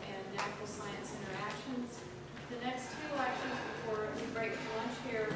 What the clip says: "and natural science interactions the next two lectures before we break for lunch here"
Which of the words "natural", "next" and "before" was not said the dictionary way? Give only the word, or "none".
natural